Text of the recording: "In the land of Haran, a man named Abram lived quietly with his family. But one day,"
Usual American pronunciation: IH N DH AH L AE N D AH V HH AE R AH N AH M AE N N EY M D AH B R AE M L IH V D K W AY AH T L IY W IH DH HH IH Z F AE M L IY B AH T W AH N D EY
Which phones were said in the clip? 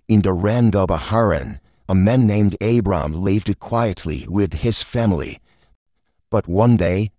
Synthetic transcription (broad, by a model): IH N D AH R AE N D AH B HH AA R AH N AH M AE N N EY M D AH B R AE M L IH V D K W AY AH T L IY W IH DH IH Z F AE M L IY B AH T W AH N D EY